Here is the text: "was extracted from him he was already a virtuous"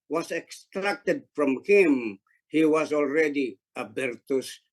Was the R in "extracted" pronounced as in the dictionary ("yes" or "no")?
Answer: yes